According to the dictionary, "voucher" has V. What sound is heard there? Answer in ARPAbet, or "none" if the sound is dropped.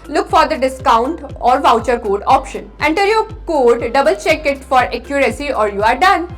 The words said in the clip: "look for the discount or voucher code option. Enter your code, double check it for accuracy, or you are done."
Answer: V